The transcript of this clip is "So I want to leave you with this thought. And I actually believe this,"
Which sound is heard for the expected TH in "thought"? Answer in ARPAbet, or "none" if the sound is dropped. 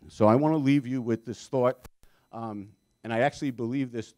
TH